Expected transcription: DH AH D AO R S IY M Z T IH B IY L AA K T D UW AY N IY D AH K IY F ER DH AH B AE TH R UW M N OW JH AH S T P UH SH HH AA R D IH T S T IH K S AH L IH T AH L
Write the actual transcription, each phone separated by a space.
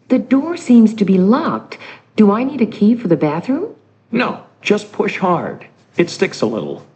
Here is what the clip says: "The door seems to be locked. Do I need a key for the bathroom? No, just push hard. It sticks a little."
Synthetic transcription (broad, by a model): DH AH D AO R S IY M Z T IH B IY L AA K T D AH AY N IY D AH K IY F ER DH AH B AE TH R UW M N OW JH AH S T P UH SH HH AA R D IH T S T IH K S AH L IH T L